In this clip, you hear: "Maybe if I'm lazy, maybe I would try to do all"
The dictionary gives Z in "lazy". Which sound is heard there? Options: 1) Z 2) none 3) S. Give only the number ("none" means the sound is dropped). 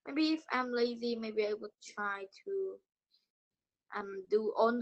1